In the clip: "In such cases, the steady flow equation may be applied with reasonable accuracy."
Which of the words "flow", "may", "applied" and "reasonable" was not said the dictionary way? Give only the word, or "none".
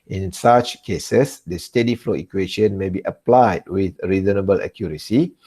none